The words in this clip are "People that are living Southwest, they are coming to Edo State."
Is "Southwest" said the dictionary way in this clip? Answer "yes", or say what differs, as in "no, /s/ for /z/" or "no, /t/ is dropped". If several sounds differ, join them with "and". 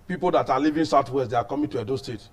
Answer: no, /t/ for /θ/